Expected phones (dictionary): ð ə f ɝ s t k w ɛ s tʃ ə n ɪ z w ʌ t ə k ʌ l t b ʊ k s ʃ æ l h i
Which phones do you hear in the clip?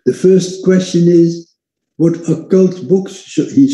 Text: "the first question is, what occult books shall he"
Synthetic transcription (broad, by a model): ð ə f ɝ s t k w ɛ s tʃ ə n ɪ z w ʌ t ə k ʌ l t b ʊ k s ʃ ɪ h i